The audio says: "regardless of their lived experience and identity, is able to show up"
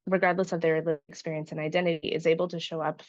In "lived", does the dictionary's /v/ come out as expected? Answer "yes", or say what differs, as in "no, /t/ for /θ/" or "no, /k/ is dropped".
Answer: no, /v/ is dropped